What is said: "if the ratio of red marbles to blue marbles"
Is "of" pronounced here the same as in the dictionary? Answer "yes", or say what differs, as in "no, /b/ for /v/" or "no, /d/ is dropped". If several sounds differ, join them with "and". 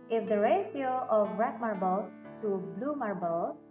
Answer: no, /b/ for /v/